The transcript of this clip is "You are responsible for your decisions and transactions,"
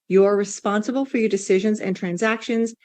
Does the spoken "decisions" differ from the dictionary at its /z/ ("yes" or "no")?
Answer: no